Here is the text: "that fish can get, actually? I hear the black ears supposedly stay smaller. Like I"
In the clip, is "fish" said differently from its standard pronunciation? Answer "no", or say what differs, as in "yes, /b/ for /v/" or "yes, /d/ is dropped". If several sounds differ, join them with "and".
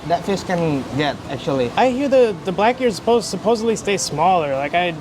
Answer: yes, /s/ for /ʃ/